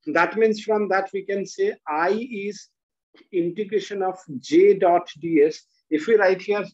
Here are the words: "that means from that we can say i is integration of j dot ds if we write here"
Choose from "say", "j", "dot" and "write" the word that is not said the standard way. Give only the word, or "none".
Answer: none